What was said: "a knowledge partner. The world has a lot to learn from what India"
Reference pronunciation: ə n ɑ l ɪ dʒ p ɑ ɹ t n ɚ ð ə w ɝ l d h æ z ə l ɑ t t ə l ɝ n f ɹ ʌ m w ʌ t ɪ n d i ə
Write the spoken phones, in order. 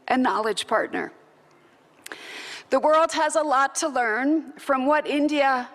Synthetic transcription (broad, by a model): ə n ɑ l ɪ dʒ p ɑ ɹ t n ɚ ð ə w ɝ l d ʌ z ə l ɑ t t ə l ɝ n f ɹ ʌ m w ʌ t ɪ n d i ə